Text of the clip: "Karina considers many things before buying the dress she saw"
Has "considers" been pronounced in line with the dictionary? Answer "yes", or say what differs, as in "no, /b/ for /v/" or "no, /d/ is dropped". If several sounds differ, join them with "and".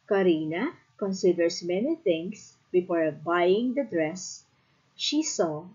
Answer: no, /s/ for /z/